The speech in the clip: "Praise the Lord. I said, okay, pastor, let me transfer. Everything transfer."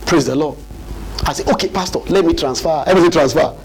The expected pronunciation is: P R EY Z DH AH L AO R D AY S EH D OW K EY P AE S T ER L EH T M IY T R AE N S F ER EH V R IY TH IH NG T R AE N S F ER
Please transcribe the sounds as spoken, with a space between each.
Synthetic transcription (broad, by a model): P R EY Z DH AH L AO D AY S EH OW K EY P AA S T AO L EH T M IY T R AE N S F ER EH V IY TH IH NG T R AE N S F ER